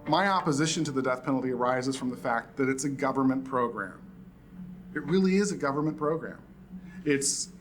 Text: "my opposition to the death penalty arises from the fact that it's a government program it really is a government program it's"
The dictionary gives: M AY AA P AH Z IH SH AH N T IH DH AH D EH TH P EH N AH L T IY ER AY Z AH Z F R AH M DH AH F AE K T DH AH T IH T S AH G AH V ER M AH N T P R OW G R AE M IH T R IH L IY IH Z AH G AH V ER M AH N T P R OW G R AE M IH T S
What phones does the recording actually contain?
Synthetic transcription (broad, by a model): M AY AA P AH Z IH SH AH N T IH DH AH D EH TH P EH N L T IY ER AY Z AH Z F R AH M DH AH F AE K T DH AH T IH T S AH G AH V ER M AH N P R OW G R AE M IH T R IH L IY IH Z AH G AH V ER M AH N P R OW G R AE M IH T S